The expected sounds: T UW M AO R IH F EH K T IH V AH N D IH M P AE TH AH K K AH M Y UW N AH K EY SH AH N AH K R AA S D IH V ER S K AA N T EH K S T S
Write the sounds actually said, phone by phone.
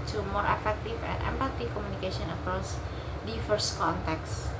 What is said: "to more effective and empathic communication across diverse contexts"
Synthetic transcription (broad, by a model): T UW M AO R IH F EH K T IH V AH N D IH M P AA T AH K K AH M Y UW N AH K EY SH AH N AH K R AA S D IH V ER S K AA N T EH K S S